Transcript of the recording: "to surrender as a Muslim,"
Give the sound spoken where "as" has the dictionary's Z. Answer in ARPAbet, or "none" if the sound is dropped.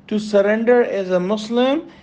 Z